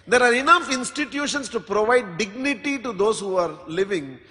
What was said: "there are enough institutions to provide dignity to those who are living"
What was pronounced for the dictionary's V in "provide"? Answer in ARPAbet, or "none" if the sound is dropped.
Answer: V